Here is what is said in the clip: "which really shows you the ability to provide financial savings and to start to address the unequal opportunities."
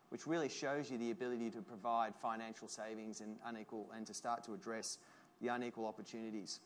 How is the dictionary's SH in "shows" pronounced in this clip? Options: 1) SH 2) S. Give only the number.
1